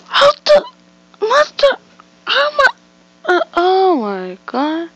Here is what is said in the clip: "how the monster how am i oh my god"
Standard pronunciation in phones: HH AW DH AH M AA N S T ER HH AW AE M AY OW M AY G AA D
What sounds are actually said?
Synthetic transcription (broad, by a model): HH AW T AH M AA S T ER HH AW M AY OW M AY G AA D